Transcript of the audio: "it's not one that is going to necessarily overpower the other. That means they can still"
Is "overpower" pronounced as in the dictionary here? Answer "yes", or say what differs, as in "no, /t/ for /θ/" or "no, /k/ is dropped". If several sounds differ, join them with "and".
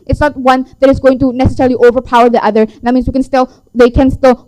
yes